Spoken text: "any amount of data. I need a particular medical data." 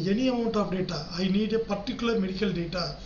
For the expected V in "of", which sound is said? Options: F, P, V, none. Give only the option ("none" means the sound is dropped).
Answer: P